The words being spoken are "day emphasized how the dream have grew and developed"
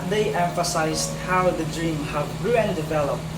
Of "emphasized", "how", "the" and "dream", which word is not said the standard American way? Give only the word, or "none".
none